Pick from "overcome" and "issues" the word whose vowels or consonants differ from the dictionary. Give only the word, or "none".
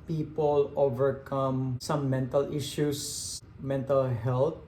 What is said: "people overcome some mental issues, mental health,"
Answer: issues